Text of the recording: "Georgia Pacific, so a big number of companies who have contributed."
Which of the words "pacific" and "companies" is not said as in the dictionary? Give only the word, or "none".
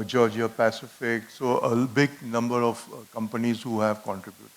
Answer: none